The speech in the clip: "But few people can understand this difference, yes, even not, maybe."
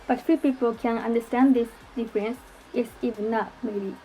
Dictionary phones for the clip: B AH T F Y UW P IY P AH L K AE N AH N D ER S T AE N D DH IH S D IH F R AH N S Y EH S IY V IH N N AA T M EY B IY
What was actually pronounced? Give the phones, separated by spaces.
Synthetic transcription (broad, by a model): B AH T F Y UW P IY P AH L K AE N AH N D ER S T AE N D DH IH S D IH F R AH N S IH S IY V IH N N AA T M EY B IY